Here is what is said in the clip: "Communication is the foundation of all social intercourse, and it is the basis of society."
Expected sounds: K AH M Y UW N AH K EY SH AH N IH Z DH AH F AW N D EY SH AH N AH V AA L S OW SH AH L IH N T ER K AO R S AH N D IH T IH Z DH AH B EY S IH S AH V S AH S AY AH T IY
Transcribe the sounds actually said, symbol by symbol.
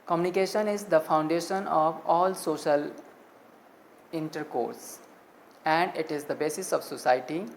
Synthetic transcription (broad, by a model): K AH M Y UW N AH K EY SH AH N IH Z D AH F AW N D EY SH AH N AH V AA L S OW SH AH L IH N T ER K AO R S AH N D IH T IH Z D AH B EY S IH S AH V S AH S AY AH T IY